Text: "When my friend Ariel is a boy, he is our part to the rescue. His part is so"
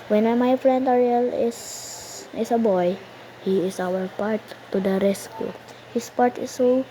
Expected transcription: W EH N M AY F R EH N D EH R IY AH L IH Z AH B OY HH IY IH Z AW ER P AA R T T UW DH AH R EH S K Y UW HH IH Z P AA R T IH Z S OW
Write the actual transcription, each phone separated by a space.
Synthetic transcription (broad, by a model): W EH N M AY F R EH N D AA R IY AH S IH S AH B OY HH IY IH S AW ER P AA R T T UW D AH R EH S K Y UW HH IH S P AA R T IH S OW